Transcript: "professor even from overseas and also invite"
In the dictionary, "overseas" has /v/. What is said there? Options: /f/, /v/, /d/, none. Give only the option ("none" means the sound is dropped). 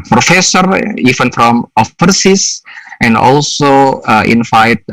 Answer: /f/